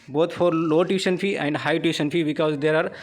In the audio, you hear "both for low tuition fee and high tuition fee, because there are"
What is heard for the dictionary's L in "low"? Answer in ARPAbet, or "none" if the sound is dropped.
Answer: L